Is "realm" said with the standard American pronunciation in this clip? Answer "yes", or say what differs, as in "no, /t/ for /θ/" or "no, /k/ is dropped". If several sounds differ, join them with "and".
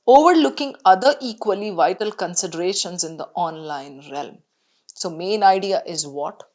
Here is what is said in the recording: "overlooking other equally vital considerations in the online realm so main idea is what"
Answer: yes